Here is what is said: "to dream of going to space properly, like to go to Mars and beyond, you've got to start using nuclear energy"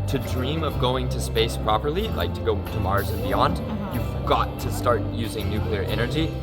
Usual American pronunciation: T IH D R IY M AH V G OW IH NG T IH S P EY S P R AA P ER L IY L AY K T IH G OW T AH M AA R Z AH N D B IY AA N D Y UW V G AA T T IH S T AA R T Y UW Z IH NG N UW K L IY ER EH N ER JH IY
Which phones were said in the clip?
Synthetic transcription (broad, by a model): T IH D R IY M AH V G OW IH NG T IH S P EY S P R AA P ER L IY L AY K T IH G OW T AH M AA R Z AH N B IY AA N D Y UW V G AA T T IH S T AA R T Y UW Z IH NG N UW K L IY ER EH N ER JH IY